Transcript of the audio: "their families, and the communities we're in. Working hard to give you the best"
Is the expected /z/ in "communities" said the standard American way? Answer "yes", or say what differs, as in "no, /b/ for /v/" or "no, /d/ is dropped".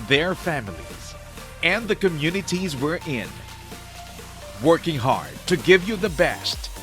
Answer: yes